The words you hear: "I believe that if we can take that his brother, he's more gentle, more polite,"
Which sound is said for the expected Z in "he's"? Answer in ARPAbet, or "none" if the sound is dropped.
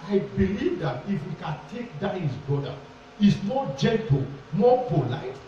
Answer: S